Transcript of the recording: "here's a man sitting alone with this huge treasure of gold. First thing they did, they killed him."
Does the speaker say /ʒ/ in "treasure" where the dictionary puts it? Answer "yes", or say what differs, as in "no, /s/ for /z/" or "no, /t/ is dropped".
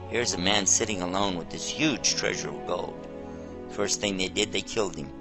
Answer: yes